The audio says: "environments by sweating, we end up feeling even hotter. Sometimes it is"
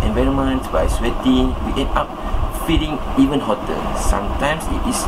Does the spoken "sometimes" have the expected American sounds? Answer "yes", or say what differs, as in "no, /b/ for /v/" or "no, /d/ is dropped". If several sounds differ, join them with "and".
no, /s/ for /z/